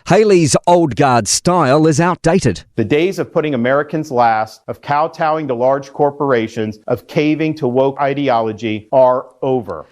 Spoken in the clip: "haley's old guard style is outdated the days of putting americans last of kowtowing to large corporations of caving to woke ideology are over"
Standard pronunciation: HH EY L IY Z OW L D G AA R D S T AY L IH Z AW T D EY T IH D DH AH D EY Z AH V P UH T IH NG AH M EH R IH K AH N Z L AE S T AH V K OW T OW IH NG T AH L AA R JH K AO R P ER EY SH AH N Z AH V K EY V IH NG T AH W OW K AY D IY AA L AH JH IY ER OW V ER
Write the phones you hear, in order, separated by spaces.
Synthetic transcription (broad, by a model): HH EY L IY Z OW L D G AA R D S T AY L IH Z AW T D EY T IH D DH AH D EY Z AH V P UH T IH NG AH M EH R IH K AH N Z L AE S T AH V K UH T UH IH NG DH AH L AA R JH K AO R P ER EY SH AH N Z AH V K EY V IH NG T AH W OW K AY D IY AA L AH JH IY ER OW V ER